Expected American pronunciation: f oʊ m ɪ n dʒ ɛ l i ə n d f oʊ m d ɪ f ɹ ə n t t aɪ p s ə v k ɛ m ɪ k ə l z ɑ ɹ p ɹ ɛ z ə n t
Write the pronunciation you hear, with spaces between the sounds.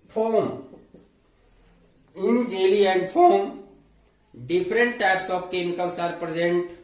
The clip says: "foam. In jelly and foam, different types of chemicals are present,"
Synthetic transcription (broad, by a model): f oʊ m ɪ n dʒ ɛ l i ə n d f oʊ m d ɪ p ɹ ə n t t aɪ p s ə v k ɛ m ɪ k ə l s ɑ ɹ p ɹ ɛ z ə n t